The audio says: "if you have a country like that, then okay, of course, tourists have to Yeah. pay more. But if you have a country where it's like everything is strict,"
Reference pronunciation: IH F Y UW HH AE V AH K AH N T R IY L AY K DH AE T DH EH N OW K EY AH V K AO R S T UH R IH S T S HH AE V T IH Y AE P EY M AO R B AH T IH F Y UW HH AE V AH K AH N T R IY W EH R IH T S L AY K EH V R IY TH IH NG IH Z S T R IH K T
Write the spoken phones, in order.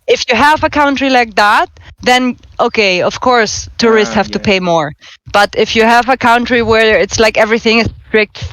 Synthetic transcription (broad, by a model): IH F Y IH HH AE V AH K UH N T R IY L AY K DH AE T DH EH N OW K EY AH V K AO R S T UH R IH S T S HH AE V T IH P EY M AO R B AH T IH F Y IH HH AE V AH K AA N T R IY W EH R IH T S L AY K EH V R IY TH IH NG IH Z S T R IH K T